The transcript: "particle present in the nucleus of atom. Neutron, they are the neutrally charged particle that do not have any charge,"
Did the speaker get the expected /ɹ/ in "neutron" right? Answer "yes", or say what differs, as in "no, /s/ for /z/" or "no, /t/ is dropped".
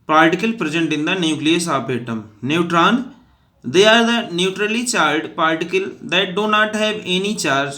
yes